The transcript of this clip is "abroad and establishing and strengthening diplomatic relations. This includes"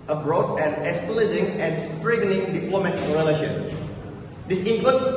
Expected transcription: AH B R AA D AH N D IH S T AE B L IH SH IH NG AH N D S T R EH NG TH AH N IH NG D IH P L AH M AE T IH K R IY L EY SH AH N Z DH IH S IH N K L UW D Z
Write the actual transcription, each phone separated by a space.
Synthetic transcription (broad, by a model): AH B R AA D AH N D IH S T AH L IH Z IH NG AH N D S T R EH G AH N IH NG D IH P L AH M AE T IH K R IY L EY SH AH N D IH S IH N K L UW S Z